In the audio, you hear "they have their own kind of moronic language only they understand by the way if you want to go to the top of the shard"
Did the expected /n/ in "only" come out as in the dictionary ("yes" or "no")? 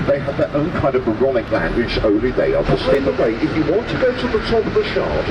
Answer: no